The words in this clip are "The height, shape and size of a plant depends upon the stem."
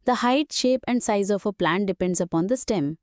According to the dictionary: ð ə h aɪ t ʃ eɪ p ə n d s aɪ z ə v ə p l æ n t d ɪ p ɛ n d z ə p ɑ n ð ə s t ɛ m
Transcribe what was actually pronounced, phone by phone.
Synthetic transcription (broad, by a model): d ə h aɪ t ʃ eɪ p ə n d s aɪ z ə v ə p l æ n t d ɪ p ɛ n d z ə p ɑ n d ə s t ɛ m